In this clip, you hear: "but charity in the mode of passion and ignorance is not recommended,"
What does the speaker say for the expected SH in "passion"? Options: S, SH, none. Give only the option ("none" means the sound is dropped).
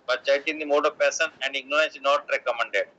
S